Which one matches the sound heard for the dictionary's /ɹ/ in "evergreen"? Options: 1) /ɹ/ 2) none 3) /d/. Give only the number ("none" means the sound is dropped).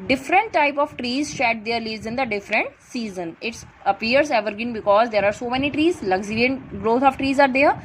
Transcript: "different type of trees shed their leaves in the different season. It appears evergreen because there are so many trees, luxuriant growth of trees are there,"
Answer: 2